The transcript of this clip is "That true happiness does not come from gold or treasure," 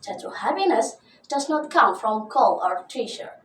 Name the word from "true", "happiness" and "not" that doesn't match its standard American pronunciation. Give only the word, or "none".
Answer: true